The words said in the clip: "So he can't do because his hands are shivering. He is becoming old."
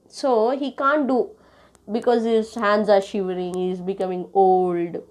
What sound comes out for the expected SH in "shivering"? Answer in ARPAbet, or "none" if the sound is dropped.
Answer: SH